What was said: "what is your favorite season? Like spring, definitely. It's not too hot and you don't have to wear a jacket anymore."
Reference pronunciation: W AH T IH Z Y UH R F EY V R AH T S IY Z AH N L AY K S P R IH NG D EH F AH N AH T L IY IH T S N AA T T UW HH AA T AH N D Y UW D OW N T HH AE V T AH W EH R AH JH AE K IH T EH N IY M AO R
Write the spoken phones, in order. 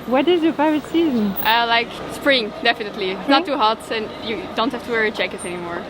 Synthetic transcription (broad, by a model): W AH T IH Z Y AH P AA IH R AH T S IY Z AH N L AY K S P R IH NG D EH F AH N AH T L IY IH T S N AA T T UW HH AA T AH N Y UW D OW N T HH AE F T AH W EH R AH CH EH K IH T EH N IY M AO R